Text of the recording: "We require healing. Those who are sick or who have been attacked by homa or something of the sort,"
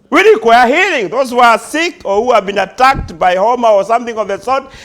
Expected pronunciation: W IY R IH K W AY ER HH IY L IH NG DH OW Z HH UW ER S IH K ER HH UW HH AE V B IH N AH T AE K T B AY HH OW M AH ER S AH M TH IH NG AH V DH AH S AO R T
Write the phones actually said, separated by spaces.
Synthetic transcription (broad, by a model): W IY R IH K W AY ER HH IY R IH NG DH OW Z HH UW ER S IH K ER HH UW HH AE V B IH N AH T AE K T B AY HH OW M AH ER S AH M TH IH NG AH V DH AH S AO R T